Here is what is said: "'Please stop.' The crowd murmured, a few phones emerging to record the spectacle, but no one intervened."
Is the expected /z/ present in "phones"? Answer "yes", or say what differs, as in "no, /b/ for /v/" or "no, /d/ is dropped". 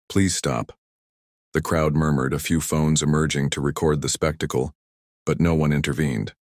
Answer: yes